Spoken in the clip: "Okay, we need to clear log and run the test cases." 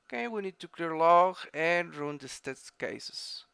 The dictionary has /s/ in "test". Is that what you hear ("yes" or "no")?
no